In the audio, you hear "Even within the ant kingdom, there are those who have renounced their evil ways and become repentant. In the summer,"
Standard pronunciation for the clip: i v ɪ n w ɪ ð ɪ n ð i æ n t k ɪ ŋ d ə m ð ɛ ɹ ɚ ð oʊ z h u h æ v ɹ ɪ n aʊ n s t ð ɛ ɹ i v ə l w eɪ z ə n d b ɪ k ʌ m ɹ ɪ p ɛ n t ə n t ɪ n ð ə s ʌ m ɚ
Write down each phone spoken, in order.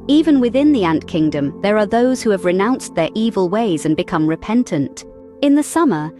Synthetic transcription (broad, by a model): i v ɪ n w ɪ ð ɪ n ð i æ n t k ɪ ŋ d ə m ð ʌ ɹ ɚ ð oʊ z h u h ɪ v ɹ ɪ n aʊ n s ð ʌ ɹ i v ə l w eɪ z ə n b ɪ k ʌ m ɹ ɪ p ɛ n t ə n t ɪ n ð ə s ʌ m ɚ